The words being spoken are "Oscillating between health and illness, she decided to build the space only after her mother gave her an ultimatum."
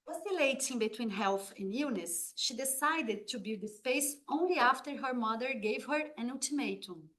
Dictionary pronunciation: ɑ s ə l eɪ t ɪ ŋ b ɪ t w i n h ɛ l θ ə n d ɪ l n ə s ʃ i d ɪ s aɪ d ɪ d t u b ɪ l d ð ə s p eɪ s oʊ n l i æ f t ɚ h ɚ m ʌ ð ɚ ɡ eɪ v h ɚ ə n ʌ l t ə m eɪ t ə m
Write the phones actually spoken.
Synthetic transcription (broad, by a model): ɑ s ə l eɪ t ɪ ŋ b ɪ t w i n h ɛ l θ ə n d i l n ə s ʃ i d ɪ s aɪ d ɪ d t u b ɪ d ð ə s p eɪ s oʊ n l i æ f t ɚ h ɚ m ʌ ð ɚ ɡ eɪ v h ɚ ə n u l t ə m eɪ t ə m